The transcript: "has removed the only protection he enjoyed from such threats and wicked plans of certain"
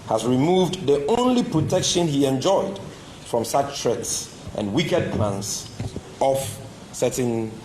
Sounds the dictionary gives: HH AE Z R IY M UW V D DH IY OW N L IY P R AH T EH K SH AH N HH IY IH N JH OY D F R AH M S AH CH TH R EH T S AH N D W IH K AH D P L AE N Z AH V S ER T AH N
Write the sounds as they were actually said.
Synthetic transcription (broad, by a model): HH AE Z R IY M UW V D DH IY OW N L IY P R AH T EH K SH AH N HH IY IH N JH OY D F R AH M S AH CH T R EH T S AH N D W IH K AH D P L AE N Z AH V S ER T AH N